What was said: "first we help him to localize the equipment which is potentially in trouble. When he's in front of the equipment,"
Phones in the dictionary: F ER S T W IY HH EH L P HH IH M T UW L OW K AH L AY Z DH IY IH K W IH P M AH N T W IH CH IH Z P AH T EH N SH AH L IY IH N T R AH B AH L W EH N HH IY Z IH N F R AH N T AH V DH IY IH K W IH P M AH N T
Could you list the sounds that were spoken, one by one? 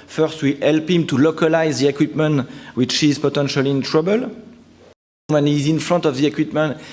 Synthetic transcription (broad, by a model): F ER S T W IY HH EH L P HH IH M T UW L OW K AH L AY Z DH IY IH K W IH P M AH N T W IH CH IH Z P AH T EH N SH AH L IY IH N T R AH B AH L W EH N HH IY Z IH N F R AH N T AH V DH IY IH K W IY P M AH N T